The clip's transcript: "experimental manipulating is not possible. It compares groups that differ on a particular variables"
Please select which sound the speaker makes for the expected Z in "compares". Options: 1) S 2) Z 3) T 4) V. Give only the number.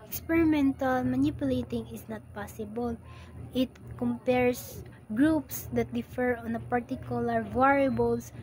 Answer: 1